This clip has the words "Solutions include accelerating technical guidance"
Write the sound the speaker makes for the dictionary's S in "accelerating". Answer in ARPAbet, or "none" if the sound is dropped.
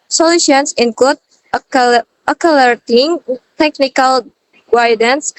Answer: none